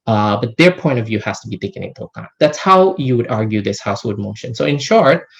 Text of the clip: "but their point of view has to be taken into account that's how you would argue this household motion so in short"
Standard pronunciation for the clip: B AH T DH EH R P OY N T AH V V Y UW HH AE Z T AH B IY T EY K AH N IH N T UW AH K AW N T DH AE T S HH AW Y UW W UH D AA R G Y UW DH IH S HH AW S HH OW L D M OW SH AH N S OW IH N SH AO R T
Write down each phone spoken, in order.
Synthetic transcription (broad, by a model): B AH T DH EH R P OY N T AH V V Y UW HH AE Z T AH B IY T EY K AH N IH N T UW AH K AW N DH AE T S HH AW Y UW W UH D AA R G Y UW DH IH S HH AW S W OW D M OW SH AH N S OW IH N SH AO R T